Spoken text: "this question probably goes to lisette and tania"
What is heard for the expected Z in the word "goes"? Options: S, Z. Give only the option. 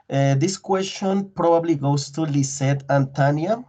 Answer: S